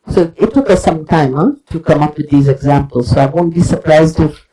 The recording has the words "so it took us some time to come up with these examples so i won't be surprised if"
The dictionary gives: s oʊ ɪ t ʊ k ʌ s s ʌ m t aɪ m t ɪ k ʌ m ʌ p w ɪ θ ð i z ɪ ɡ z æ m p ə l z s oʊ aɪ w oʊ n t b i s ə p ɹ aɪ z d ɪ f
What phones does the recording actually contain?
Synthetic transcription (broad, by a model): s oʊ ɪ t ʊ k ʌ s s ʌ m t aɪ m t ɪ k ʌ m ʌ p w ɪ ð i z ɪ ɡ z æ m p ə l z s oʊ aɪ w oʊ n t b i s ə p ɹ aɪ z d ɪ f